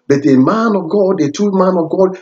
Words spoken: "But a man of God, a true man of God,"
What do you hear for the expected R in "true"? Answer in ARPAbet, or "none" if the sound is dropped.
none